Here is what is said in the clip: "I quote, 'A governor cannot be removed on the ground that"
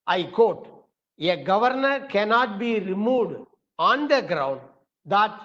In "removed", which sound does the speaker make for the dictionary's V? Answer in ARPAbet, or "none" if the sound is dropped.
none